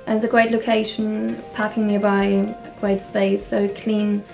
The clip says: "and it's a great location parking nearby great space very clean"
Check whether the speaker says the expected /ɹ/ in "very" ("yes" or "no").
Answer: no